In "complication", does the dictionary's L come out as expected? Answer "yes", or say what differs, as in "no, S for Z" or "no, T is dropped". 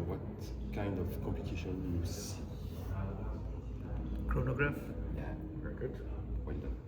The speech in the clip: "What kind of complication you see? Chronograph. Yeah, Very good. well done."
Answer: no, L is dropped